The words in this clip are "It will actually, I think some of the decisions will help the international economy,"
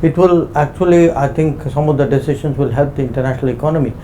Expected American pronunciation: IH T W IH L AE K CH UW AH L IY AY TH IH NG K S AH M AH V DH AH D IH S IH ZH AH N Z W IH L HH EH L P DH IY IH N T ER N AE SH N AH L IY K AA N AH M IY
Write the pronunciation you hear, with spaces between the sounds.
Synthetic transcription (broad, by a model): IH T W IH L AE K CH UW AH L IY AY T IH NG K S AH M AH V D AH D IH S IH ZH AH N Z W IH L HH EH L P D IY IH N T ER N AE SH N AH L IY K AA N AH M IY